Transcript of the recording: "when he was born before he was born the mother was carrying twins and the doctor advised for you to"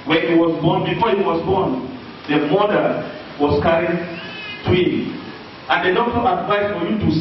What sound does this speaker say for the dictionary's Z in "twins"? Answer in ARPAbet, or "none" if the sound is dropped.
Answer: none